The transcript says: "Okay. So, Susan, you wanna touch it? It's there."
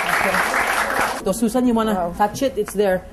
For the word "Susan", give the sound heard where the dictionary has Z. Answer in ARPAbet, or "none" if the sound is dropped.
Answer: S